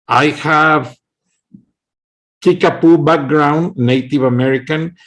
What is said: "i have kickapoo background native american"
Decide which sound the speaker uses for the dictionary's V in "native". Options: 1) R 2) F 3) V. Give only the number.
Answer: 3